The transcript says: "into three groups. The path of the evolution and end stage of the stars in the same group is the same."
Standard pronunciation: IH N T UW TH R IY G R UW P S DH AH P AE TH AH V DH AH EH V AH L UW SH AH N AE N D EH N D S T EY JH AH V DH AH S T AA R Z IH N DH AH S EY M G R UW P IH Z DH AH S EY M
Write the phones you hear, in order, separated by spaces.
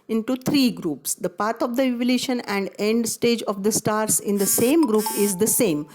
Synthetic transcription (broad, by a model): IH N T UW T R IY G R UW P S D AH P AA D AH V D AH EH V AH L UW SH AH N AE N D EH N D S T EY JH AH V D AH S T AA R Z IH N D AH S EY M G R UW P IH Z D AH S EY M